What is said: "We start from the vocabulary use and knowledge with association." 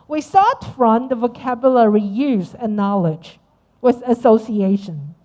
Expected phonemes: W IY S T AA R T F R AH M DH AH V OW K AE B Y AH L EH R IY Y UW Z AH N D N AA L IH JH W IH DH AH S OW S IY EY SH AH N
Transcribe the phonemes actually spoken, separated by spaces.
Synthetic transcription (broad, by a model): W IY S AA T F R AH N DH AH V OW K AE B Y AH L EH R IY Y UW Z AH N N AA L IH JH W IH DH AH S OW S IY EY SH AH N